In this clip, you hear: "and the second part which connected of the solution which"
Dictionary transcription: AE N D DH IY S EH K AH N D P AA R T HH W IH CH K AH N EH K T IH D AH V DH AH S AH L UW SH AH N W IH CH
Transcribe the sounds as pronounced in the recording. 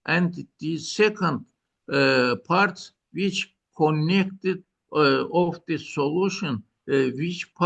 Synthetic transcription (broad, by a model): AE N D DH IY S EH K AH N D P AA R T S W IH CH K AH N EH K T IH D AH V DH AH S AH L UW SH AH N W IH CH